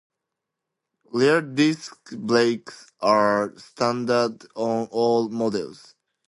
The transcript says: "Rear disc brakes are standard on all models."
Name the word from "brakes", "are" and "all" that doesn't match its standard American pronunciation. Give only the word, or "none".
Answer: brakes